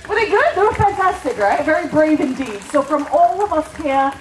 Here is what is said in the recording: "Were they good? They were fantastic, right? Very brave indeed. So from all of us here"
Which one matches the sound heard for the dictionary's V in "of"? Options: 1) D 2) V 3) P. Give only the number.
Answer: 2